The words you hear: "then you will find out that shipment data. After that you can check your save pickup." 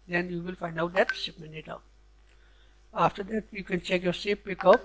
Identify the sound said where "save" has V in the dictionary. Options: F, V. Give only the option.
F